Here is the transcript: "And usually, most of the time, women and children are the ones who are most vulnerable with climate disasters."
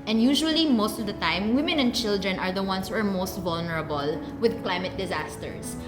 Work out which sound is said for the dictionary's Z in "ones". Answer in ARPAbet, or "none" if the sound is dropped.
S